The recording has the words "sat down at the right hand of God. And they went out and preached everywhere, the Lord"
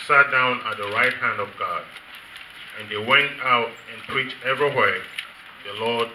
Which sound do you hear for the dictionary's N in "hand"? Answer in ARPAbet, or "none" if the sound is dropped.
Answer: N